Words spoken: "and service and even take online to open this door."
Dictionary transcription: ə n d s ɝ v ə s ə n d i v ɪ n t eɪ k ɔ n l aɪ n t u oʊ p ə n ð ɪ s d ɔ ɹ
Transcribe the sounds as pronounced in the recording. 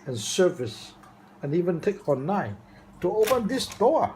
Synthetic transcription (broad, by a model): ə n s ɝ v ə s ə n i v ɪ n t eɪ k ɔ n aɪ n t u oʊ p ə n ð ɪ s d ɔ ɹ